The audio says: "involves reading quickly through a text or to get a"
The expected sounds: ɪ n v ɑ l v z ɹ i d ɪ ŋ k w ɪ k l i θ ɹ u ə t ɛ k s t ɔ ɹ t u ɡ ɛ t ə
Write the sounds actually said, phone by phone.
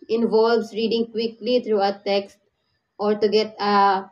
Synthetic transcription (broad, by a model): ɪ n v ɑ l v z ɹ i d ɪ ŋ k w ɪ k l i t ɹ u ə t ɛ k s t ɔ ɹ t u ɡ ɛ t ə